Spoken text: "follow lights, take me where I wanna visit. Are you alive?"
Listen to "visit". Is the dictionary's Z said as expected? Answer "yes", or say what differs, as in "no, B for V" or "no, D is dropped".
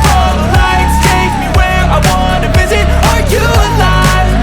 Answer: yes